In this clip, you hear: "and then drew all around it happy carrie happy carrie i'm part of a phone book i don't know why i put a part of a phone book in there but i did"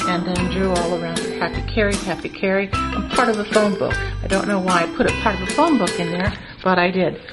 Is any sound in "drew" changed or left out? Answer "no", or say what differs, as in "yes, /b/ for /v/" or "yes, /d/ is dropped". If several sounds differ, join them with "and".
no